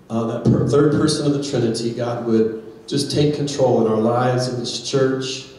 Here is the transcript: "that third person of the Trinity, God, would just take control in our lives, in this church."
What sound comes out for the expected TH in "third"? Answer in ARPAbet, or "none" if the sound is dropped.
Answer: TH